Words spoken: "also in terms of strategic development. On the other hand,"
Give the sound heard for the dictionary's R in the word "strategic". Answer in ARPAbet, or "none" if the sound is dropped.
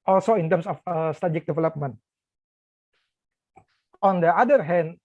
none